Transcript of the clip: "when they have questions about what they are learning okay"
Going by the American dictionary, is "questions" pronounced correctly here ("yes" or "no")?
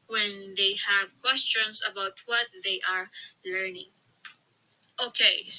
no